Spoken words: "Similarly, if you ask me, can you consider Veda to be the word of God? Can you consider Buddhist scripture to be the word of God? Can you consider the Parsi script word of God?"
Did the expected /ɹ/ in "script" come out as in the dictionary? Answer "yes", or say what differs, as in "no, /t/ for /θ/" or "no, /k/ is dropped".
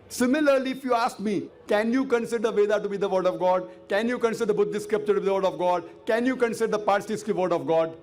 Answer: no, /ɹ/ is dropped